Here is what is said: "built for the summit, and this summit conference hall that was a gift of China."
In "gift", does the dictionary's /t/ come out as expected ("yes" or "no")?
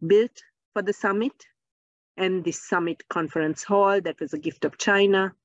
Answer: yes